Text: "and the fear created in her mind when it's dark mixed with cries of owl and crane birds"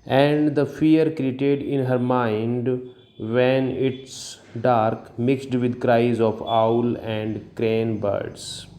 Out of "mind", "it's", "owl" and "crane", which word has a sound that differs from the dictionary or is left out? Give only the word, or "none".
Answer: none